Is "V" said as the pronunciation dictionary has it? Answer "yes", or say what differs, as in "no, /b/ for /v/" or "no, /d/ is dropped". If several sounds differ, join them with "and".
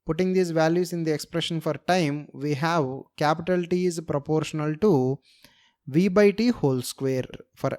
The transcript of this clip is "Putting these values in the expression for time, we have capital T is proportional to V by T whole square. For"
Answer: yes